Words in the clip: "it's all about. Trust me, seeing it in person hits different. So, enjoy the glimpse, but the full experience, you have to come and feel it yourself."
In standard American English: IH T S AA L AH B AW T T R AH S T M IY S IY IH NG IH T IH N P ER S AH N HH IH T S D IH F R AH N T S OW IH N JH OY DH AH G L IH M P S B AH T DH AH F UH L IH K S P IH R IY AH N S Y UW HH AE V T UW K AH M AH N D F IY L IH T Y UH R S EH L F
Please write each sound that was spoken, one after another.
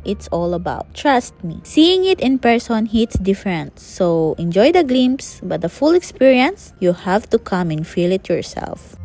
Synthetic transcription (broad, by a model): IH T S AA L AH B AW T T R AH S T M IY S IY IH NG IH T IH N P ER S AH N HH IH T S D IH F R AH N T S OW IH N JH OY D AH G L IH M S B AH T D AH F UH L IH K S P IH R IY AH N S Y UW HH AE V T UW K AH M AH N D F IY L IH T Y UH R S EH L F